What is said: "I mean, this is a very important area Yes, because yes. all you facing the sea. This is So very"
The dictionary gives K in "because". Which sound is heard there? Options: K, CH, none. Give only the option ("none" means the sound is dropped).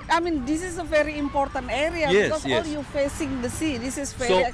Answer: none